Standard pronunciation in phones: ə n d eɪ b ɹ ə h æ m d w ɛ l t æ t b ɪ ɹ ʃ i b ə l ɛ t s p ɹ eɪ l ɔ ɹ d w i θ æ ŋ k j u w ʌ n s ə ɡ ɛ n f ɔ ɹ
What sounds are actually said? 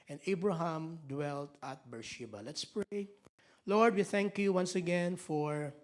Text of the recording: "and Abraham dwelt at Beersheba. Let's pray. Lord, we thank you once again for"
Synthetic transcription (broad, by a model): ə n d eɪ b ɹ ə h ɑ m d w ɛ l t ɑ t b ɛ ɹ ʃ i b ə l ɛ t s p ɹ eɪ l ɔ ɹ d w i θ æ ŋ k j u w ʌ n s ə ɡ ɛ n f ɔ ɹ